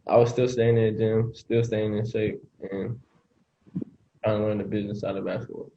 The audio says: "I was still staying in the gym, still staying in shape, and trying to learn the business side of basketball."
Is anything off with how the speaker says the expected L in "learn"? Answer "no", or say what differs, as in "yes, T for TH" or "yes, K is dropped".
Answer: yes, N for L